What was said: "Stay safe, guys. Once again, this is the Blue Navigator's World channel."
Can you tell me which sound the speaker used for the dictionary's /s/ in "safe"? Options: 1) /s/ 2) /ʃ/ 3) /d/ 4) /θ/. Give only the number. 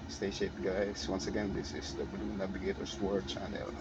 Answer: 2